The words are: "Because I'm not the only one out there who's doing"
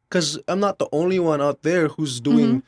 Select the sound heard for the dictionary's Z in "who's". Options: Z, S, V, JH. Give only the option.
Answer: Z